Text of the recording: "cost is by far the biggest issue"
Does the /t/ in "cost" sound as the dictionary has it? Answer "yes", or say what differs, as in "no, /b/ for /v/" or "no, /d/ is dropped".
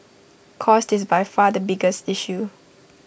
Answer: yes